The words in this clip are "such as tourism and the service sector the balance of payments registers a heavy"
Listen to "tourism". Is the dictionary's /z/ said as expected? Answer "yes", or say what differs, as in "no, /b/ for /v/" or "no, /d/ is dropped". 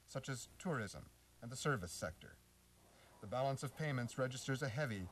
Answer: yes